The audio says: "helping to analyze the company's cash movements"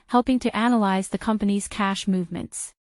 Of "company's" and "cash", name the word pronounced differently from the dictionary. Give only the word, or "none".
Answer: none